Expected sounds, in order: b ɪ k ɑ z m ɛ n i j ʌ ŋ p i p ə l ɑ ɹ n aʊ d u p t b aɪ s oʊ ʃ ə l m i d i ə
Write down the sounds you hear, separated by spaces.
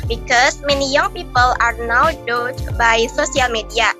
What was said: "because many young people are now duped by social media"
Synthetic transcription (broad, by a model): b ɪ k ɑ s m ɛ n i j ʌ ŋ p i p ə l ɑ ɹ n aʊ d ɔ t b aɪ s oʊ s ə l m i d i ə